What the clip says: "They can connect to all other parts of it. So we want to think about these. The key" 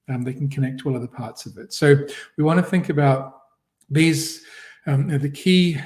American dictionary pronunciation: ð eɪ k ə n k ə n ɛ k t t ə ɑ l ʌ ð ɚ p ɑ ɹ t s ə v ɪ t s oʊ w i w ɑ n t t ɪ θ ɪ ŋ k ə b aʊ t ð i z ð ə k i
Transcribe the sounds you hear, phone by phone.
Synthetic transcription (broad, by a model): ð eɪ k n k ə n ɛ k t t ɑ l ʌ ð ɚ p ɑ ɹ t s ə v ɪ t s oʊ w i w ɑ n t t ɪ θ ɪ ŋ k ə b aʊ t ð i z ð ə k i